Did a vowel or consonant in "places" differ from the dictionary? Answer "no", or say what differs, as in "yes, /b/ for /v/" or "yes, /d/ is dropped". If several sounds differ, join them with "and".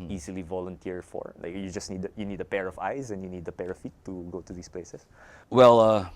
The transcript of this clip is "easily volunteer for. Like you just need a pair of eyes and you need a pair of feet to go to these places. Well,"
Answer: yes, /s/ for /z/